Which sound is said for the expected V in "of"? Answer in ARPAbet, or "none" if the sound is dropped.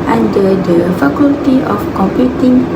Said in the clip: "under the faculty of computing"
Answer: F